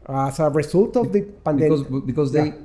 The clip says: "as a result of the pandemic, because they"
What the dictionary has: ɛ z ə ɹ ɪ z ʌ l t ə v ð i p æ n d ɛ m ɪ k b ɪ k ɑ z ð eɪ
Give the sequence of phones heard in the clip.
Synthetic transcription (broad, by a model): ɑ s ə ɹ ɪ s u l t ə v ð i p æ n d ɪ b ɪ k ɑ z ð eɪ